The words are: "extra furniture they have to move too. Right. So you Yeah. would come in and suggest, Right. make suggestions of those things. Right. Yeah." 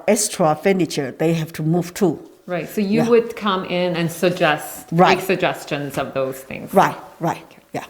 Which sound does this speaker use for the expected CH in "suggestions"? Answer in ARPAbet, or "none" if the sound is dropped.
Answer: CH